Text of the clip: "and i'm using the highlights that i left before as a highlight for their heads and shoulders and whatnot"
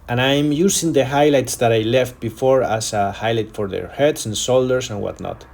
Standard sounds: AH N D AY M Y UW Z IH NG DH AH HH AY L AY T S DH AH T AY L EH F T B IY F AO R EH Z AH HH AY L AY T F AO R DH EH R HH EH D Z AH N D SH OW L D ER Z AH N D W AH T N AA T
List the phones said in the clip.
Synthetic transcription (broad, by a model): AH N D AY M Y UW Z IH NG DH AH HH AY L AY T S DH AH T AY L EH F T B IY F AO R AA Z AH HH AY L AY T F AO R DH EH R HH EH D S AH N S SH OW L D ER S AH N W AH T N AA T